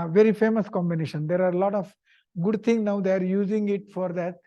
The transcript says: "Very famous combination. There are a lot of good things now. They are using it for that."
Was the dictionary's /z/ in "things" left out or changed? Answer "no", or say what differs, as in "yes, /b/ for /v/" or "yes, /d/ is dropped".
yes, /z/ is dropped